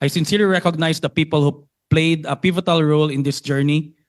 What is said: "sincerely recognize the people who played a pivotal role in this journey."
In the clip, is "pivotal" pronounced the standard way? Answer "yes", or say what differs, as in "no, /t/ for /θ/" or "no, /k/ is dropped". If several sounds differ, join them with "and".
yes